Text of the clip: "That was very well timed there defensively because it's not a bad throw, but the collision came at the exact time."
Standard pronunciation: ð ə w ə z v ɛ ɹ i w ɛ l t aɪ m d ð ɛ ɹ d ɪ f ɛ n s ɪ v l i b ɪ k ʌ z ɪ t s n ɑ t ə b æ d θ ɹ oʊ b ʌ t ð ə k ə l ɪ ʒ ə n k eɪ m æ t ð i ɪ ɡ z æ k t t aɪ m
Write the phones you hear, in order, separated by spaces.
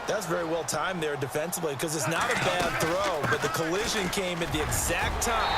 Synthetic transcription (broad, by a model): ð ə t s v ɛ ɹ i w ɛ l t aɪ m ð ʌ ɹ d ɪ f ɛ n s ɪ v l i k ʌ z ɪ t s n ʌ t ə b æ d θ ɹ oʊ b ʌ t ð ə k ə l ɪ ʒ ə n k eɪ m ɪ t ð i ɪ ɡ z æ k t t aɪ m